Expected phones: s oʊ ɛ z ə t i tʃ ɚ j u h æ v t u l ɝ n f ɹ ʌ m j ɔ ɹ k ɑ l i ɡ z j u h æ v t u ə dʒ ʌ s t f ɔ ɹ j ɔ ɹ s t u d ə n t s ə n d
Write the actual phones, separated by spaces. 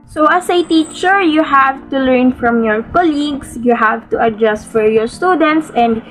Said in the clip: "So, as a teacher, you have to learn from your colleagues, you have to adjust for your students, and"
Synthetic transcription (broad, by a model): s oʊ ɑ s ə t i tʃ ɚ j u h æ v t u l ɝ n f ɹ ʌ m j ɔ ɹ k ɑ l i ɡ s j u h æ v t u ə dʒ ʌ s t f ɔ ɹ j ɔ ɹ s t u d ə n t s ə n d